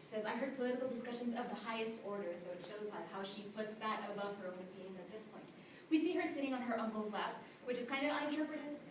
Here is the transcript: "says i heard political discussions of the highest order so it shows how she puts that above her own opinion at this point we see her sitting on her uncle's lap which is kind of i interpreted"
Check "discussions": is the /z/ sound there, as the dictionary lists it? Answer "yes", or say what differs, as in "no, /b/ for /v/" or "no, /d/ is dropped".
yes